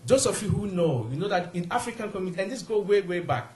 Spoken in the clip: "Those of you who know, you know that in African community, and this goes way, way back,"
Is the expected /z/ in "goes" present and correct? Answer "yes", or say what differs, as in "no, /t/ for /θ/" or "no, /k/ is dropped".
no, /z/ is dropped